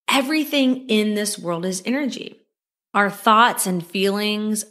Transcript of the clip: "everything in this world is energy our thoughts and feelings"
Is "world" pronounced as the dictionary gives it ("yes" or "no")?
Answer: yes